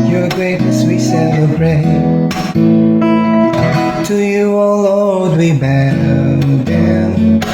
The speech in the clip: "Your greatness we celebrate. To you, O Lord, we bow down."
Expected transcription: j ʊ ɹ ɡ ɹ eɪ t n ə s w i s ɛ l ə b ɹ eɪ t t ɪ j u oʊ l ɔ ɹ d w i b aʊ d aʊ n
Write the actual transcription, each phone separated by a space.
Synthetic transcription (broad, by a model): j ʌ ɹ ɡ ɹ eɪ t n ə s w i s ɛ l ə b ɹ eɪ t t ɪ j u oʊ l ɔ l d w i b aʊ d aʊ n